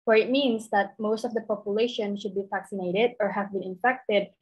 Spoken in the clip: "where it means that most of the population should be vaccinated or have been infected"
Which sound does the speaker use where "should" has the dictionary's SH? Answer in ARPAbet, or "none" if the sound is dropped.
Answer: SH